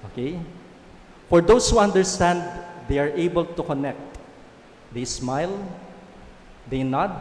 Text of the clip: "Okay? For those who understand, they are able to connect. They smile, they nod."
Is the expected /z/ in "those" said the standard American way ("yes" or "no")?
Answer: no